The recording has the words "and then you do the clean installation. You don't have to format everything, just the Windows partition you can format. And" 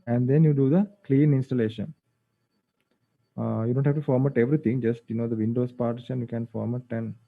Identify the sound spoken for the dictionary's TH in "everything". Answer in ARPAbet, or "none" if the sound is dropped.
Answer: T